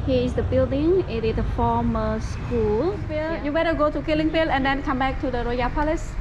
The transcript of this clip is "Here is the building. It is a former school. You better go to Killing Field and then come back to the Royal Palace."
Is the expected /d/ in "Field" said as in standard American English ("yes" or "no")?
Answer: no